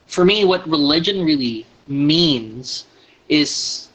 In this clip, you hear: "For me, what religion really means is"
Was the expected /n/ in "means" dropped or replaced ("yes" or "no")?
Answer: no